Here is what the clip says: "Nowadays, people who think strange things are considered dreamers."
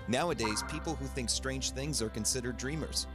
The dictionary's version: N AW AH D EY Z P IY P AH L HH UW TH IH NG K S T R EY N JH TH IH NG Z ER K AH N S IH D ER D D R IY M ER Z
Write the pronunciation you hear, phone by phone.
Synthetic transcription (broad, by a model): N AW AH D EY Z P IY P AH L HH UW TH IH NG K S T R EY N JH TH IH NG Z ER K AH N S IH D ER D D R IY M ER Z